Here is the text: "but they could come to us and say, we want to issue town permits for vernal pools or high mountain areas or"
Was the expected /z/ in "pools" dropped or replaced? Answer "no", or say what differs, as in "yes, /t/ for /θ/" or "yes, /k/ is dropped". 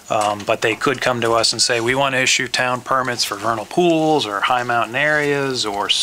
no